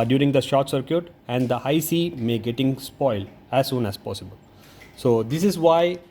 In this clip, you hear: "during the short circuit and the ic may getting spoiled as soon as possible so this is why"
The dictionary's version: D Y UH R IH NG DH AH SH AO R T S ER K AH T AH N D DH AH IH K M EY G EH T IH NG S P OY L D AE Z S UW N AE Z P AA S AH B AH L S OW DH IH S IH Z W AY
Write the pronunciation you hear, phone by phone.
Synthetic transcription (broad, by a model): D Y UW R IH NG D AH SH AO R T S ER K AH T AH N D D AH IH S M EY G EH T IH NG S P OY L D AE Z S UW N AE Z P AA S AH B AH L S OW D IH S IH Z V AY